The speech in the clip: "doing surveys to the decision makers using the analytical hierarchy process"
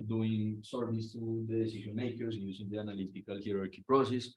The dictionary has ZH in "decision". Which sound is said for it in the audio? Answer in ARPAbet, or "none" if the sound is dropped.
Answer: SH